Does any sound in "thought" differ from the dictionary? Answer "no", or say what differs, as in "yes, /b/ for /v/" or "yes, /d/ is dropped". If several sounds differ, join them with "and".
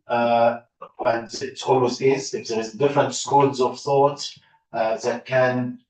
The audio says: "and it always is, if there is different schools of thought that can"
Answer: no